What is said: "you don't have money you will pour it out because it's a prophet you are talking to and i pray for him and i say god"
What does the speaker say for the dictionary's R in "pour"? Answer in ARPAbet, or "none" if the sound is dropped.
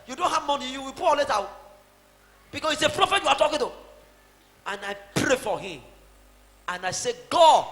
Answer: L